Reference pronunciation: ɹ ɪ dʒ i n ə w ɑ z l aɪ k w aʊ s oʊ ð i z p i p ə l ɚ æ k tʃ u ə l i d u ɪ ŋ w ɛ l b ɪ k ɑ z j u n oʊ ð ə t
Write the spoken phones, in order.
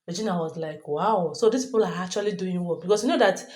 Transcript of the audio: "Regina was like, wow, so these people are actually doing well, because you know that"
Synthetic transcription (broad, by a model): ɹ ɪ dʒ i n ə w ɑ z l aɪ k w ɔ s oʊ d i s p i p ə l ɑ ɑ k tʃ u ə l i d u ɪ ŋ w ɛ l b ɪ k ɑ s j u n oʊ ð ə t